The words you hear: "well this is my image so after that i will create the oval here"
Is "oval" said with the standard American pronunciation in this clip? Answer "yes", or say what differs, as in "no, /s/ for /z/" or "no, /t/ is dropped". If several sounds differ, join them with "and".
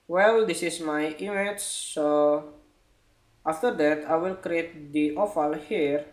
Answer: no, /f/ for /v/